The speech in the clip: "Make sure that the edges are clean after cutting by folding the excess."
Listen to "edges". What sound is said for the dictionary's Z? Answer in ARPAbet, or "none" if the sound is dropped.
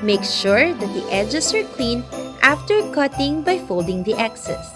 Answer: S